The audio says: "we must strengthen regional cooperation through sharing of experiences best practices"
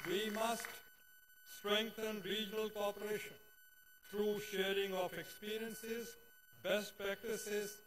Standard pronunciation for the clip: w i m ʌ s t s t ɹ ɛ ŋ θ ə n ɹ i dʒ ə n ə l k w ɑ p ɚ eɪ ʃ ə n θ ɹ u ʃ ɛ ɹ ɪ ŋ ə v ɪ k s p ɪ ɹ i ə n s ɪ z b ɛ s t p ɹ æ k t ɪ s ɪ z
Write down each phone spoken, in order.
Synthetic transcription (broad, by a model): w i m ʌ s t s t ɹ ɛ ŋ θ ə n ɹ i dʒ ə n ə l k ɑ p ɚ eɪ ʃ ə n t ɹ u ʃ ɛ ɹ ɪ ŋ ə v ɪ k s p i ɹ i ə n s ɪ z b ɛ s t p ɹ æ k t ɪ s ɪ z